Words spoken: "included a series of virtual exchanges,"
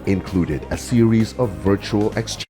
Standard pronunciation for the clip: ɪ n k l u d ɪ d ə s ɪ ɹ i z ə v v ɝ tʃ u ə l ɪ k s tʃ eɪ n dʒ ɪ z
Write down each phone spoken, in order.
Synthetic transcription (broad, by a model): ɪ n k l u d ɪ d ə s ɪ ɹ i z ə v v ɝ tʃ u ə l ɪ k s tʃ